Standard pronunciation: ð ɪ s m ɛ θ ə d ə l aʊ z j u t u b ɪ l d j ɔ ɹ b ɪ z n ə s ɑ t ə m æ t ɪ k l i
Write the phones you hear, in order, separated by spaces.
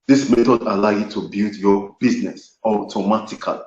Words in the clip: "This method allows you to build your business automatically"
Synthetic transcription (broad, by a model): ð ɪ s m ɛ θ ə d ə l aʊ j u t u b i l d j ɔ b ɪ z n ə s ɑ t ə m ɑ t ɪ k l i